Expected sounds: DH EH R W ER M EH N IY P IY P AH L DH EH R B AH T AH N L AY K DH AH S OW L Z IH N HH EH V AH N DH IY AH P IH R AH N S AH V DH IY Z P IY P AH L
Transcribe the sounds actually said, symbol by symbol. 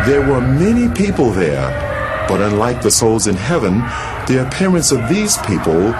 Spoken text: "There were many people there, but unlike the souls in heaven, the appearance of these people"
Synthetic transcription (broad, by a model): DH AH R W ER M EH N IY P IY P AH L DH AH R B AH T AH N L AY K DH AH S OW L Z IH N HH EH V AH N DH IY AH P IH R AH N S AH V DH IY Z P IY P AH L